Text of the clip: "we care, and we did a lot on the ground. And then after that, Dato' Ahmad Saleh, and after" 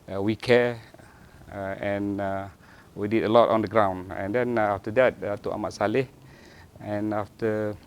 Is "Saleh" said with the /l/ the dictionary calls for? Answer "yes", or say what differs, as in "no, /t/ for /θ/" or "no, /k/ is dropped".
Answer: yes